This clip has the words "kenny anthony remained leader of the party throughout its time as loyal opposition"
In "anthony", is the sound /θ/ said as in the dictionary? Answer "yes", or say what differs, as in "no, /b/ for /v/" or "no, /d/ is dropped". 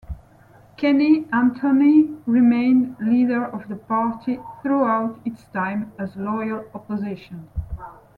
no, /t/ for /θ/